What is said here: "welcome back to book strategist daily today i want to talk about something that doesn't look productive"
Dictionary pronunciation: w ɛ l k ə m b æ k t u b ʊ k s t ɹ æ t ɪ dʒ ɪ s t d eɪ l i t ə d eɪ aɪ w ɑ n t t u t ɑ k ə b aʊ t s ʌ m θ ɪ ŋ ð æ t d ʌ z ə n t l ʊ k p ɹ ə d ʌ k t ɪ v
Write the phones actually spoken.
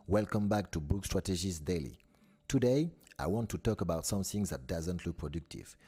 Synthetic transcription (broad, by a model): w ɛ l k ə m b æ k t u b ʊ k s t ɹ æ t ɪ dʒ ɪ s d eɪ l i t ə d eɪ aɪ w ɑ n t t u t ɑ k ə b aʊ t s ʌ m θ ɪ ŋ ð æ t d ʌ z ə n t l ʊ k p ɹ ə d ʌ k t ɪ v